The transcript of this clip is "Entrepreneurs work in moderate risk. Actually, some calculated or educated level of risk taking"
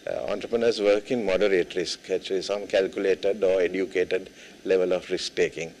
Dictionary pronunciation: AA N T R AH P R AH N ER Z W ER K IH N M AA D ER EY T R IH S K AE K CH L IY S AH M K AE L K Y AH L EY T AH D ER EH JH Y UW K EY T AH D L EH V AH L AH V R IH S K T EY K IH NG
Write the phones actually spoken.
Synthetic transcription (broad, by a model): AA N T R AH P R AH N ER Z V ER K IH N M AA D ER EY T R IH S K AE CH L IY S AH M K AE L K Y AH L EY T AH D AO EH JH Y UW K EY T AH D L EH V AH L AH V R IH S K T EY K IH NG